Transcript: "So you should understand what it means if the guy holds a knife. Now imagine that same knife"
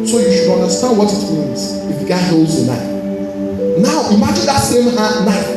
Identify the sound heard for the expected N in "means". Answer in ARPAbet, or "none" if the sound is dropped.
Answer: N